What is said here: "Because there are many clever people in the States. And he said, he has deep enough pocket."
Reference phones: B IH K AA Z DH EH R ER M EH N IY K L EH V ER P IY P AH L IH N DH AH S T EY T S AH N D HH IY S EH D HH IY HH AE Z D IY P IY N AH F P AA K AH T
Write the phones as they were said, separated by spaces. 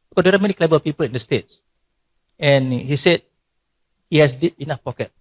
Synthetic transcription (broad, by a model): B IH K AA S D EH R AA M EH N IY K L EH B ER P IY P AH L IH N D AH S T EY T S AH N HH IY S EH D HH IY HH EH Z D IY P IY N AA F P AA K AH T